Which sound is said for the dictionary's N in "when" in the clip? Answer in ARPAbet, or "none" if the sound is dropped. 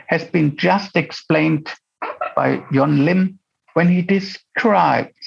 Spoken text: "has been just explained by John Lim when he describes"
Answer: N